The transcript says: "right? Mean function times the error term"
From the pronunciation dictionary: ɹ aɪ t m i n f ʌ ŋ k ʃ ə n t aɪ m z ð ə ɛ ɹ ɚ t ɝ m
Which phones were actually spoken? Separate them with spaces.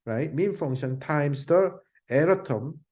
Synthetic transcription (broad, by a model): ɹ aɪ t m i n f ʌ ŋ ʃ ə n t aɪ m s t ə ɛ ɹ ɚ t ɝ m